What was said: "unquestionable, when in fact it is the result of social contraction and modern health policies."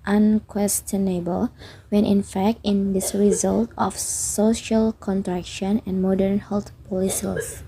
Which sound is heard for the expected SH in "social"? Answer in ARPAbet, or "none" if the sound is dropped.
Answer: SH